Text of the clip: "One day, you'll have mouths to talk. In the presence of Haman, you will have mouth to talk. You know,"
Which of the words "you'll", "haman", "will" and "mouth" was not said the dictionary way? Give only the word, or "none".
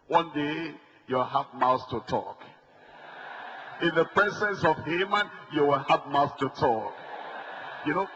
you'll